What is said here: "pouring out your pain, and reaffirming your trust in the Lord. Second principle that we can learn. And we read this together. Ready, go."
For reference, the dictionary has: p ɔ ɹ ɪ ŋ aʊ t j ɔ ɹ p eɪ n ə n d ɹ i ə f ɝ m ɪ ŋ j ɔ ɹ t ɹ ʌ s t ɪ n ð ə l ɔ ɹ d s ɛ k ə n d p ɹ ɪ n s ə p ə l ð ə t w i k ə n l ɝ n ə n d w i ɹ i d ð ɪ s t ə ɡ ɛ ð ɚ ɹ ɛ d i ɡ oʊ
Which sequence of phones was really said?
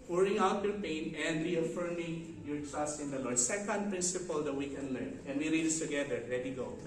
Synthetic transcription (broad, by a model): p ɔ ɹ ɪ ŋ aʊ t j ɔ ɹ p eɪ n ə n d ɹ i ə f ɝ m ɪ ŋ j ɔ ɹ t ɹ ʌ s t ɪ n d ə l ɔ ɹ d s ɛ k ə n d p ɹ ɪ n s ə p ə l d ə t w i k ə n l ɝ n ə n d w i ɹ i d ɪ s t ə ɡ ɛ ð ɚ l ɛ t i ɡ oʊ